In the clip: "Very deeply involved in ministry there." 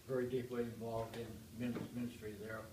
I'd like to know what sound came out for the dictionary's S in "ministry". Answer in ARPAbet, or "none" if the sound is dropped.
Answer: S